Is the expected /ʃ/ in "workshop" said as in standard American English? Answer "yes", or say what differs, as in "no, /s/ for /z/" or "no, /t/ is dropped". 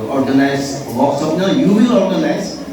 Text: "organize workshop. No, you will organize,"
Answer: no, /s/ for /ʃ/